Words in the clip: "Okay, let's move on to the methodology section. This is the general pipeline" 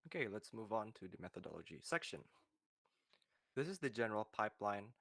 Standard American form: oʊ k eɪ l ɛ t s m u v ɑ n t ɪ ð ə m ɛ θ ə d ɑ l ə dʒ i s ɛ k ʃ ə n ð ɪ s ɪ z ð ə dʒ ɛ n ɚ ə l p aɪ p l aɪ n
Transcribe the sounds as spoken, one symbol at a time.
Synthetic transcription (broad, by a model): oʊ k eɪ l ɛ t s m u v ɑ n t ɪ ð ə m ɛ θ ə d ɑ l ə dʒ i s ɛ k ʃ ə n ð ɪ s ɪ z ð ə dʒ ɛ n ɚ ə l p aɪ p l aɪ n